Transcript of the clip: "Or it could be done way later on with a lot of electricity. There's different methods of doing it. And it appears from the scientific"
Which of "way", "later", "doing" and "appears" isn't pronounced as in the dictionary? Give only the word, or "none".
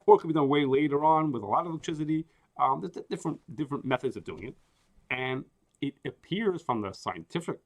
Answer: none